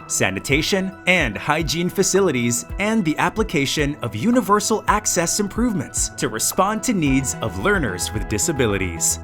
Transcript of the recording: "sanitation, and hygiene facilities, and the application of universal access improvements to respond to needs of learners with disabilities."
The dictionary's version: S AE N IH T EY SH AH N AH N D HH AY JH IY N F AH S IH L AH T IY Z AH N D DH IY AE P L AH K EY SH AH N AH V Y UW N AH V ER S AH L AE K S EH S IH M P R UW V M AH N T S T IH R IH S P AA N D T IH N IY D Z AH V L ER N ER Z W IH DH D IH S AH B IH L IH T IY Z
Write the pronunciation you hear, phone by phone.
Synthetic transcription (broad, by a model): S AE N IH T EY SH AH N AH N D HH AY JH IY N F AH S IH L AH T IY Z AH N DH IY AE P L AH K EY SH AH N AH V Y UW N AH V ER S L AE K S EH S IH M P R UW V M AH N T S T IH R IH S P AA N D T IH N IY D Z AH V L ER N ER Z W IH DH D IH S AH B IH L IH T IY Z